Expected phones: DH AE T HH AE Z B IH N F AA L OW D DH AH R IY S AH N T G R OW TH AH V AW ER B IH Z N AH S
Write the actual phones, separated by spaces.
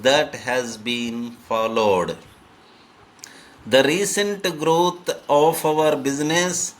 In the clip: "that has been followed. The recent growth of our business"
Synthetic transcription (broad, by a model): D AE T HH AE Z B IH N F AA L OW D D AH R IY S AH N T G R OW T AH F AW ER B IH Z N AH S